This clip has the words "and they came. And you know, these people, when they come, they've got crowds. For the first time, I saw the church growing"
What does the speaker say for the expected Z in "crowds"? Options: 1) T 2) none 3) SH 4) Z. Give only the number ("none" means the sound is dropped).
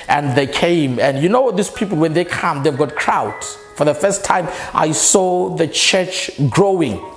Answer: 2